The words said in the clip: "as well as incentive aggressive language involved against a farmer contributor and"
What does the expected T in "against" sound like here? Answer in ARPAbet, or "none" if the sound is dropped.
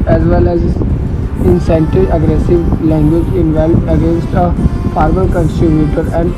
T